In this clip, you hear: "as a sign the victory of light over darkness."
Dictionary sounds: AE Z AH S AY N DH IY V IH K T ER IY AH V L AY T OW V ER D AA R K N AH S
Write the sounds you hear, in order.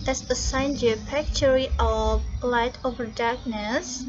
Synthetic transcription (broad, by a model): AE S AH S AY N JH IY F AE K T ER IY AH V L AY T OW V ER D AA R K N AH S